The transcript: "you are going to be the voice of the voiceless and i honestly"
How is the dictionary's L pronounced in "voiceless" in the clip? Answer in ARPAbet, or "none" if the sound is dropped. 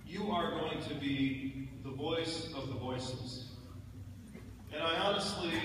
none